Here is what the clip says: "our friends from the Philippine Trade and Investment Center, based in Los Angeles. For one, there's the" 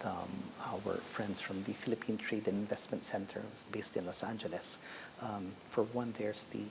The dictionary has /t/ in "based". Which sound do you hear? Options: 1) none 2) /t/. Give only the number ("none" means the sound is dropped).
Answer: 2